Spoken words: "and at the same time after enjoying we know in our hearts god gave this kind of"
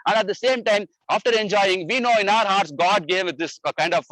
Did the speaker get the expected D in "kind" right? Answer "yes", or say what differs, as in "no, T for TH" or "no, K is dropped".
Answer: yes